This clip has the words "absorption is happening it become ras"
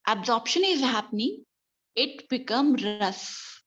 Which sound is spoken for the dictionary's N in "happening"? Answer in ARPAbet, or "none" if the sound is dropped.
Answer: N